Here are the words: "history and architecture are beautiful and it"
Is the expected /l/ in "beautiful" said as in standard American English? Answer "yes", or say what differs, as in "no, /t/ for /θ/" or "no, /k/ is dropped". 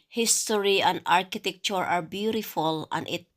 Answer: yes